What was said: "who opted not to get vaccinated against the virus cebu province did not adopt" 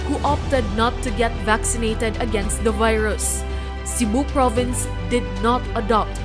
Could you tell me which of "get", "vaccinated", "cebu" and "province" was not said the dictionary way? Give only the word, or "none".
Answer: none